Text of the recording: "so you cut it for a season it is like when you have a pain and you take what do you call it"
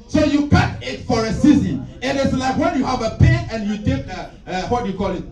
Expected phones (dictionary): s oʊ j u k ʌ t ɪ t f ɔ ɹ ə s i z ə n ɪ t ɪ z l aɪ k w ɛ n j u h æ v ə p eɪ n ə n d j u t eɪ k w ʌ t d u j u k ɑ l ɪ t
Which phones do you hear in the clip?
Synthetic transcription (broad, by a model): s oʊ j u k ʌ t ɪ t f ɔ ɹ ə s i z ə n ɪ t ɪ s l aɪ k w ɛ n j u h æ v ə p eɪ ə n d j u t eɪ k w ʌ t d j u k ɑ l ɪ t